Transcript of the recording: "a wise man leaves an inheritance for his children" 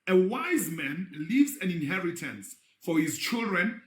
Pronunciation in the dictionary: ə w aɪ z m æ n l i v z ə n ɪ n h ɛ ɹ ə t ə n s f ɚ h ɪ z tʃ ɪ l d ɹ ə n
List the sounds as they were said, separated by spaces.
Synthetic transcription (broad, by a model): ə w aɪ z m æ n l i v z ə n ɪ n h ɛ ɹ ə t ə n s f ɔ h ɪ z tʃ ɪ l d ɹ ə n